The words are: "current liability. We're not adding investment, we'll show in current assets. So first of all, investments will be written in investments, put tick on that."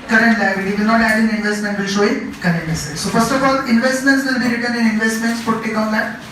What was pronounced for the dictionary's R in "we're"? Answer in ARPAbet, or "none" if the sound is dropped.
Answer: L